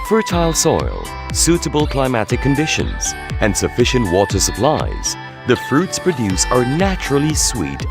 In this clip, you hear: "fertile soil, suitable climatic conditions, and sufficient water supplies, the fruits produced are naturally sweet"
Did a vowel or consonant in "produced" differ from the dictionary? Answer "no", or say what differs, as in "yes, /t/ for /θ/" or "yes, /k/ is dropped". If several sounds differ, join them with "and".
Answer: yes, /t/ is dropped